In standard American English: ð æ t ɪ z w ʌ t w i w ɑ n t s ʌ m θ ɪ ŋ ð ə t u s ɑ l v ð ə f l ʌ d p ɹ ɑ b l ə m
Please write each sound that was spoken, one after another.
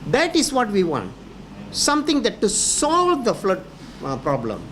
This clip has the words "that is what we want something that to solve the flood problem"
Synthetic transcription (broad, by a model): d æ t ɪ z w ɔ t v i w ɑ n t s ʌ m t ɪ ŋ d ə t u s ɑ l v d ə f l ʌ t p ɹ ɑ b l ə m